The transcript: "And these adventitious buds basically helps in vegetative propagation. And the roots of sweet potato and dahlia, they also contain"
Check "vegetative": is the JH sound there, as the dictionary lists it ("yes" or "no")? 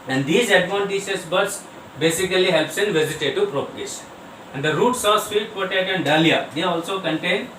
no